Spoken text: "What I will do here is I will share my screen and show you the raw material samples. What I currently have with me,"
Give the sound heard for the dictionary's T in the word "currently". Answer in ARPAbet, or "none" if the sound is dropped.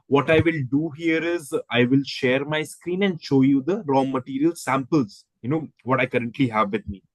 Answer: T